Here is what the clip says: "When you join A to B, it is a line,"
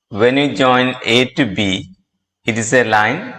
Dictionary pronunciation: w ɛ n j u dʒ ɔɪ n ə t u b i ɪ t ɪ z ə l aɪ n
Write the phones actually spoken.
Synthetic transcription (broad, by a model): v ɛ n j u dʒ ɔɪ n ə t u b i ɪ t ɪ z ə l aɪ n